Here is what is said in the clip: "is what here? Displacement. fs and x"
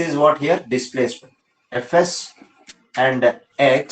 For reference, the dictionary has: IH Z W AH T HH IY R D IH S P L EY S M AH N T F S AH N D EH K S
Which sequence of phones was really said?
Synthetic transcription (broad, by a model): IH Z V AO T HH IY R D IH S P L EY S AH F S AH N D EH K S